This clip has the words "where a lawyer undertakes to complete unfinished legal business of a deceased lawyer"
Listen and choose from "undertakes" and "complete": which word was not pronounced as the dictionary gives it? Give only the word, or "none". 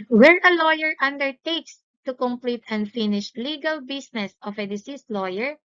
none